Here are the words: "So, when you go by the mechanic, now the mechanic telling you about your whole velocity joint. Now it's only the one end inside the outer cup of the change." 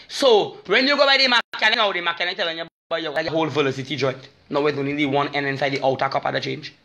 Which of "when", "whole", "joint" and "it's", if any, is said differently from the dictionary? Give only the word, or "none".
it's